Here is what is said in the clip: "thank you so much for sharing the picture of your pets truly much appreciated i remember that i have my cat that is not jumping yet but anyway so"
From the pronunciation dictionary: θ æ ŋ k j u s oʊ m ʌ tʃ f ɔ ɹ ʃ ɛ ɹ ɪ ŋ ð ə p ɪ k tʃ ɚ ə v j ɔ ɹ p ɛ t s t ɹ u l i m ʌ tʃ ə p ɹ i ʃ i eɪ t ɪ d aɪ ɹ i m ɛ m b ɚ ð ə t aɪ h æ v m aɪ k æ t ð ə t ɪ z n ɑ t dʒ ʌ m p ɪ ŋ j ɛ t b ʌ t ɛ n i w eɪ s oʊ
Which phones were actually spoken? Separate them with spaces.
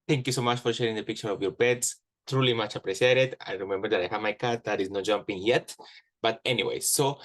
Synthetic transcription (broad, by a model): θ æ ŋ k j u s oʊ m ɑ tʃ f ɔ ɹ ʃ ɛ ɹ ɪ ŋ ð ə p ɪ k tʃ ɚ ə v j ɔ ɹ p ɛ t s t ɹ u l i m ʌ tʃ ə p ɹ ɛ s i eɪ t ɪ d aɪ ɹ i m ɛ m b ɚ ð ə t aɪ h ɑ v m aɪ k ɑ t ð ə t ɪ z n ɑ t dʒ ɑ m p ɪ ŋ j ɛ t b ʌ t ɛ n i w eɪ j oʊ